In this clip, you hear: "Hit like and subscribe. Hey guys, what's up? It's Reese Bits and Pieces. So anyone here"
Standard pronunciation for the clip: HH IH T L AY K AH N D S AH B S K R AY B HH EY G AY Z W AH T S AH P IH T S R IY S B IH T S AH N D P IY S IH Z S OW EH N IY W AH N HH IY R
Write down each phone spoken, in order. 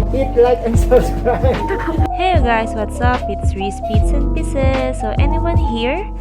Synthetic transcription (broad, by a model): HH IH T L AY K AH N S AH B S K R AY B HH EY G AY S W AH T S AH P IH T S R IY S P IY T S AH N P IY S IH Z S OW EH N IY W AH N HH IY R